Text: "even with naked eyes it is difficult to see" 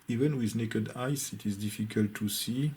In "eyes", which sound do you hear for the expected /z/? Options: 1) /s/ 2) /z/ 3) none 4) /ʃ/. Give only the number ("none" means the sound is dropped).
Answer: 1